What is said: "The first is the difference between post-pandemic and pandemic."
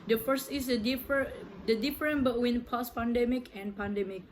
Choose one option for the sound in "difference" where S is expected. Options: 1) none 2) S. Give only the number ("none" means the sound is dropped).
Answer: 1